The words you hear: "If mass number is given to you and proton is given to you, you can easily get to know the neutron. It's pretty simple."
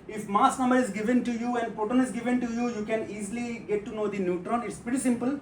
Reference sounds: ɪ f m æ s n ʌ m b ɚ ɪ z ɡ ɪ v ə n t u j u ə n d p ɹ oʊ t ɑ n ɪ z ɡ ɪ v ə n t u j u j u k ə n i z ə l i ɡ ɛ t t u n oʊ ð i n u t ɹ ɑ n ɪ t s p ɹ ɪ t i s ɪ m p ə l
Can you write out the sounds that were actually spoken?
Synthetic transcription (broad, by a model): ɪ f m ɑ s n ʌ m b ɚ ɪ z ɡ ɪ v ə n t u j u ə n d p oʊ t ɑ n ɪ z ɡ ɪ v ə n t u j u j u k ə n i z l i ɡ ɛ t t u n oʊ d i n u t ɹ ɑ n ɪ t s p ɹ ɪ t i s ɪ m p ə l